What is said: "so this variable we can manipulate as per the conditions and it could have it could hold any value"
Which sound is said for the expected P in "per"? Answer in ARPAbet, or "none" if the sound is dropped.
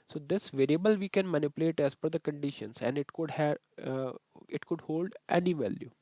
F